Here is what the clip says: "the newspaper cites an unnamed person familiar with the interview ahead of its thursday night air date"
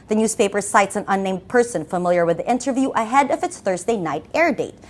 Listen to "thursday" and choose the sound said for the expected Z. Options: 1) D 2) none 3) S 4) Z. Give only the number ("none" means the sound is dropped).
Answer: 4